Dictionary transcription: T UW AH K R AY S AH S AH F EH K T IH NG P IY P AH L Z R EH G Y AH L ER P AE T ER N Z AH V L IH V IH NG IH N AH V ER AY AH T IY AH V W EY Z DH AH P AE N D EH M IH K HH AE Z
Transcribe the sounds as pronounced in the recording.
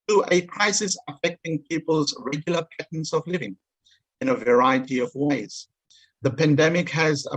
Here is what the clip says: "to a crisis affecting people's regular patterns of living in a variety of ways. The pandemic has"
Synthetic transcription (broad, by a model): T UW AH K R AY S AH S AH F EH K T IH NG P IY P AH L Z R EH G Y L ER P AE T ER N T AH V L IH V IH NG IH N AH V ER AY AH T IY AH V W EY Z DH AH P AE N D EH M IH K HH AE Z